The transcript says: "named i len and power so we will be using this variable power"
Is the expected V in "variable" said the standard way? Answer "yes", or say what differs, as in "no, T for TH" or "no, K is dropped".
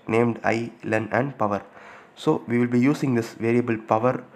yes